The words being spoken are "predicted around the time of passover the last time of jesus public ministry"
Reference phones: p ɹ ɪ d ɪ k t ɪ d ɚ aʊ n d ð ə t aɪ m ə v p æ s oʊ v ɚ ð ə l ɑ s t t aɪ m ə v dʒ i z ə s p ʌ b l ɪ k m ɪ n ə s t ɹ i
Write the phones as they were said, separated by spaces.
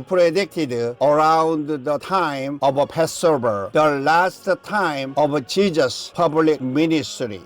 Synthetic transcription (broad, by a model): p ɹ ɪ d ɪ k t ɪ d ɚ aʊ n d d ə t aɪ m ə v p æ s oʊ b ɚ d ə l ɑ s t t aɪ m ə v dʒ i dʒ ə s p ʌ b l ɪ k m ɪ n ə s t ɹ i